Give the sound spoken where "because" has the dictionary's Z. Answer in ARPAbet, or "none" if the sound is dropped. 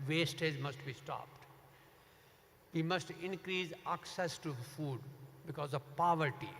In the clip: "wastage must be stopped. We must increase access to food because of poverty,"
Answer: Z